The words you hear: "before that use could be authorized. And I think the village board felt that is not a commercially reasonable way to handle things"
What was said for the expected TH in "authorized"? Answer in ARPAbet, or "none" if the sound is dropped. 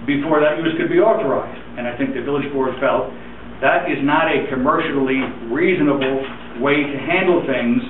TH